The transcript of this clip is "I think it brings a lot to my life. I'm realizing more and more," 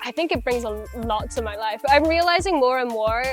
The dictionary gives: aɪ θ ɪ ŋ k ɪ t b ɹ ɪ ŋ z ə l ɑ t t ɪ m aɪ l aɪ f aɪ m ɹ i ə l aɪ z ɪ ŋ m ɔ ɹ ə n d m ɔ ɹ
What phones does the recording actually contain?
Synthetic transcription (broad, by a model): aɪ θ ɪ ŋ k ɪ t b ɹ ɪ ŋ z ə l ɑ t t ɪ m aɪ l aɪ f aɪ m ɹ i ə l aɪ z ɪ ŋ m ɔ ɹ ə n m ɔ ɹ